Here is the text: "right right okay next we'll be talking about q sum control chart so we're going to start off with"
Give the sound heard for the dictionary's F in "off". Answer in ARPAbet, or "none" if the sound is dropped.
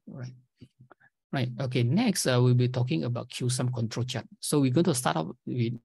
P